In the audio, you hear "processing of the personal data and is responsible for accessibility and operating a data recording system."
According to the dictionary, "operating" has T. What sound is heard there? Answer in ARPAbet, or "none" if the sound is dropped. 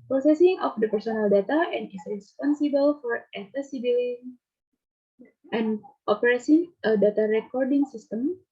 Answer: S